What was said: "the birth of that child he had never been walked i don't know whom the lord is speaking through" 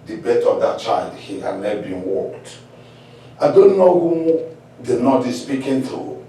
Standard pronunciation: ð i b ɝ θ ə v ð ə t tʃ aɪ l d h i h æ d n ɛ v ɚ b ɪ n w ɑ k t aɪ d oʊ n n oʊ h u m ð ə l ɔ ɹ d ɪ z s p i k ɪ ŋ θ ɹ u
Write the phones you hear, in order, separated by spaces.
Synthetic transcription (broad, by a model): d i b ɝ t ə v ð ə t tʃ aɪ l d h i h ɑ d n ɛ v b ɪ n w ɑ k t aɪ d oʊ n n oʊ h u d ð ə n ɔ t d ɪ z s p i k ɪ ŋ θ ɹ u